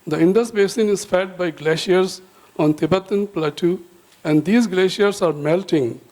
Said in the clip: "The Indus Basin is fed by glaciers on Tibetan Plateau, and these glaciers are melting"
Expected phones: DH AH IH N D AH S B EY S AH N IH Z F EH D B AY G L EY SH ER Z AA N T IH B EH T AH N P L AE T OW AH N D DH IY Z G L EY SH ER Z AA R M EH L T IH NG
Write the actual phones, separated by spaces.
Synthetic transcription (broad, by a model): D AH IH N D AH S B EY S AH N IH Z F EH D B AY G L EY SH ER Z AA N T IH B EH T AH N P L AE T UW AH N D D IY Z G L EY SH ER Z AA R M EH L T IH NG